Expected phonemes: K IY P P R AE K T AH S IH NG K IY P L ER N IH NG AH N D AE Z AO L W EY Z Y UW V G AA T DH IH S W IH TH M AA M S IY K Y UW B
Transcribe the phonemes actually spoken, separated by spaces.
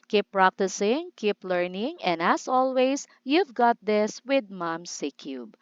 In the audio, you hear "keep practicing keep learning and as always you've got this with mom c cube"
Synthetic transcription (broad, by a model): K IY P P R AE K T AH S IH NG K IY P L ER N IH NG AH N D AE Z AO L W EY S Y UW V G AA T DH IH S W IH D M AA M S IY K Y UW B